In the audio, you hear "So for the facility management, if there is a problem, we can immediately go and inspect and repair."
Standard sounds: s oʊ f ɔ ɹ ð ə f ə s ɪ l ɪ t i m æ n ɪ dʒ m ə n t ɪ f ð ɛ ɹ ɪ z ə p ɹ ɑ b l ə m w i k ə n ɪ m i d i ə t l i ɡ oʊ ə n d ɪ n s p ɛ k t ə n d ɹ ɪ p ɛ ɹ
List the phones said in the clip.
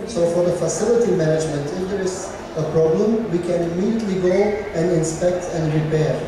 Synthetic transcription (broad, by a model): s oʊ f ɔ ɹ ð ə f ə s ɪ l ɪ t i m æ n ɪ dʒ m ə n t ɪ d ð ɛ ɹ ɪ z ə p ɹ ɑ b l ə m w i k ə n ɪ m i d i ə t l i ɡ oʊ ə n d ɪ n s p ɛ k t ə n d ɹ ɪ p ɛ ɹ